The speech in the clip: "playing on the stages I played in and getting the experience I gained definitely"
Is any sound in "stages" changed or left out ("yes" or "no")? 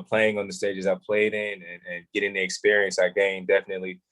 no